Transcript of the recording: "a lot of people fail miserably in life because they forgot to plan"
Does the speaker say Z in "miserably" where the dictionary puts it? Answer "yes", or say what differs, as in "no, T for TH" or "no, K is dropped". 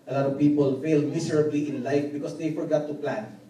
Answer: no, S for Z